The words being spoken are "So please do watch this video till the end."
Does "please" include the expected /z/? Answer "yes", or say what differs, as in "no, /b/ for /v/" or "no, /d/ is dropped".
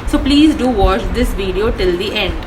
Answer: yes